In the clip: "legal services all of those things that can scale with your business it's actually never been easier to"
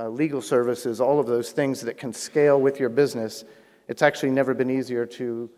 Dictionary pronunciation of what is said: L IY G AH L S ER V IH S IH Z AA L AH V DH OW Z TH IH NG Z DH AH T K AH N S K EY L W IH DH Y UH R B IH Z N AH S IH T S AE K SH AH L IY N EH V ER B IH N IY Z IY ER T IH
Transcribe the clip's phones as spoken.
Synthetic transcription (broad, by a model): L IY G L S ER V IH S IH Z AA L AH V DH OW Z TH IH NG Z DH AH T K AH N S K EY L W IH DH Y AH R B IH Z N AH S IH T S AE K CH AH L IY N EH V ER B IH N IY Z IY ER T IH